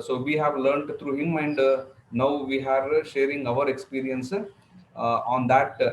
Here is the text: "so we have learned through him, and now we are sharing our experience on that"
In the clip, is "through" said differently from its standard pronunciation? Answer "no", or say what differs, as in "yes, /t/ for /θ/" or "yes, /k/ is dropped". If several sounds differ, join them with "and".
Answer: yes, /t/ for /θ/